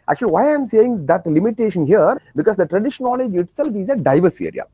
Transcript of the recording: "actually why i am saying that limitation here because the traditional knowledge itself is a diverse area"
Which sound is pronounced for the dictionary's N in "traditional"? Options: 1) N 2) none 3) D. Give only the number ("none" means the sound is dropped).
2